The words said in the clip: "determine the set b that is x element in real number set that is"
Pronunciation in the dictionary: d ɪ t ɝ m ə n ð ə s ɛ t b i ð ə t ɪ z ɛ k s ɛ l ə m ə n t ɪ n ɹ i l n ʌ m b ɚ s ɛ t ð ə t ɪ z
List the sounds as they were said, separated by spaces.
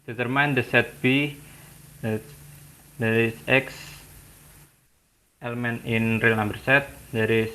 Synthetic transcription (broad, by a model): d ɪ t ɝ m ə n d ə s ɛ t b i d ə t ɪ s ɛ k s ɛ l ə m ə n ɪ n ɹ i l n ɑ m b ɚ s ɛ t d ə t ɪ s